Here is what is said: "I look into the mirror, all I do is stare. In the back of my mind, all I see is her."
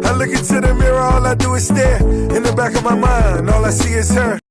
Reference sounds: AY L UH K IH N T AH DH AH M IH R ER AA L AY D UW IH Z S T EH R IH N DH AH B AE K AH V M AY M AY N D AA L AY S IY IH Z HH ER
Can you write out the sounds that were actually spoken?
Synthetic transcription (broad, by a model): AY L UH K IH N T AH DH AH M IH R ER AA L AY D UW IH S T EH IH N DH AH B AE K AH V M AY M AY N D AA L AY S IY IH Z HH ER